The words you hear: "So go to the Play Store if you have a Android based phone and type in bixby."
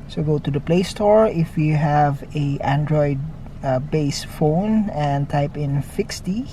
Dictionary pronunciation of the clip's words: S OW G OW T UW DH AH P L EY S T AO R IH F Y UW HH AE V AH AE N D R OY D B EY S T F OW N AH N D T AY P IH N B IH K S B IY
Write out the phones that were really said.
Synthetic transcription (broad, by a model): S OW G OW T UW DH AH P L EY S T AO R IH F Y UW HH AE V AH AE N D R OY D B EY S F OW N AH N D T AY P IH N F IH K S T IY